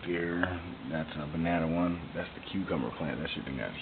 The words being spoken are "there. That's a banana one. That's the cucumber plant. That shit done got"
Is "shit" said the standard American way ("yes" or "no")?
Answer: no